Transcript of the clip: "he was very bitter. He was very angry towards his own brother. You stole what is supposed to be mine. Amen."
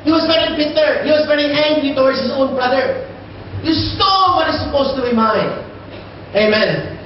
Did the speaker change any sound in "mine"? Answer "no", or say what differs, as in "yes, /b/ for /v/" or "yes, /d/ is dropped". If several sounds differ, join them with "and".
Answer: yes, /n/ is dropped